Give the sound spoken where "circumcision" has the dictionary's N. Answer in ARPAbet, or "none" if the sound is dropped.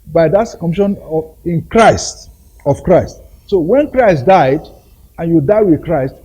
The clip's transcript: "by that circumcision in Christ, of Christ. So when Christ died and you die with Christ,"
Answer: none